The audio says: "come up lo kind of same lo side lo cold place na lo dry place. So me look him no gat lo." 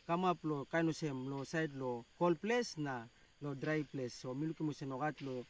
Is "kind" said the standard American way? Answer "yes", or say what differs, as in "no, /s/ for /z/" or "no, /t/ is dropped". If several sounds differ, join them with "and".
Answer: no, /d/ is dropped